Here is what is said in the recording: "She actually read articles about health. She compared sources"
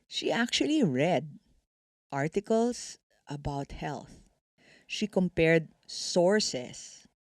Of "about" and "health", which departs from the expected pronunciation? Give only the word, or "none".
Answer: none